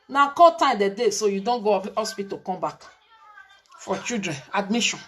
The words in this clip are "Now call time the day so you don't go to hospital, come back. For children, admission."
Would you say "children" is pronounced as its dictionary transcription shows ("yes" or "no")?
no